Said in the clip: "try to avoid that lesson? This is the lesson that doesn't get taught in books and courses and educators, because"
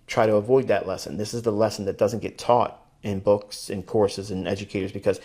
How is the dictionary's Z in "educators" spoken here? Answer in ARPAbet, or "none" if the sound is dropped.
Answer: Z